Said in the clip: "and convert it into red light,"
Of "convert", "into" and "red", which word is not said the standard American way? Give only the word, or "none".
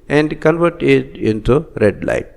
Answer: none